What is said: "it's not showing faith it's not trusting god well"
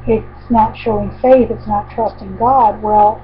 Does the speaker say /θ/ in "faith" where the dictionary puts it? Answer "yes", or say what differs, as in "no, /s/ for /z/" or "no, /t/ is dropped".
yes